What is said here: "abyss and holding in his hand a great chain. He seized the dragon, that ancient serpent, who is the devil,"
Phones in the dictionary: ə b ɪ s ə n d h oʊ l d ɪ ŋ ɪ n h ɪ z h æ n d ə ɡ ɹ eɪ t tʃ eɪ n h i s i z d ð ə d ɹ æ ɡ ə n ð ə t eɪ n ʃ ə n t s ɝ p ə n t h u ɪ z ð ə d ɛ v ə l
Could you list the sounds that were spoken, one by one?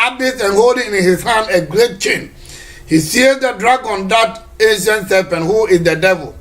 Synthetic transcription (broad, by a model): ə b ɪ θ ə n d h oʊ l d ɪ ŋ ɪ n h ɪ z h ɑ n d ə ɡ ɹ eɪ t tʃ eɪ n h i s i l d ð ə d ɹ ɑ ɡ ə n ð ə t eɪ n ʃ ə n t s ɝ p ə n h u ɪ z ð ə d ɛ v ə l